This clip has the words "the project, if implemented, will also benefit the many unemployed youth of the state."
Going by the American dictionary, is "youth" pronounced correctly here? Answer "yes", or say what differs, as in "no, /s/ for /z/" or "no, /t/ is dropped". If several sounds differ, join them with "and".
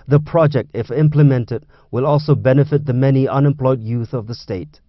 yes